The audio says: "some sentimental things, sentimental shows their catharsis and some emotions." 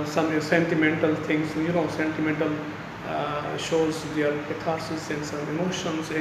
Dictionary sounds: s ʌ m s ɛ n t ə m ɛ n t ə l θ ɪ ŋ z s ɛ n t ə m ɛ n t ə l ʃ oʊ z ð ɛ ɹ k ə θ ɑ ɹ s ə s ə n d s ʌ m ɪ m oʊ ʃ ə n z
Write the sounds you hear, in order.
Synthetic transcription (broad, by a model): s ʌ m s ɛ n t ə m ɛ n t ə l t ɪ ŋ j s ɛ n t ə m ɛ n t ə l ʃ oʊ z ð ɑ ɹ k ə t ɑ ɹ s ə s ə n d s ʌ m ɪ m oʊ ʃ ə n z